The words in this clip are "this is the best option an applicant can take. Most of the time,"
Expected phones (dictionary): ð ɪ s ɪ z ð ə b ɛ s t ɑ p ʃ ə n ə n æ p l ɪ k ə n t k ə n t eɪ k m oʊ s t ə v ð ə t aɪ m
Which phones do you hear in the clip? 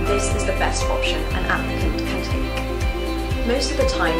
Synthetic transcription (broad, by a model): ð ɪ s ɪ z ð ə b ɛ s t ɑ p ʃ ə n ə n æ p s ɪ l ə t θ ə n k m oʊ s t ə v ð ə t aɪ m